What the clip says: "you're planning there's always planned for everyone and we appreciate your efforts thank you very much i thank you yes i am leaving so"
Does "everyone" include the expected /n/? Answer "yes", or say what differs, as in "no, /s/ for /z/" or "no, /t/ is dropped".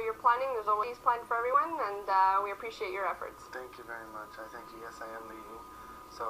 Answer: yes